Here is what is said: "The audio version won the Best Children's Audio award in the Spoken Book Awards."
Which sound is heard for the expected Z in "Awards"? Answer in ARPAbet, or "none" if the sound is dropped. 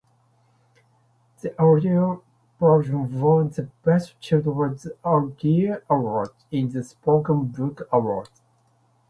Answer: none